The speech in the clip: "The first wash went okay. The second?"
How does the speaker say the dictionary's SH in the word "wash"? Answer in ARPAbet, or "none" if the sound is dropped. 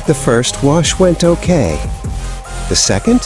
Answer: SH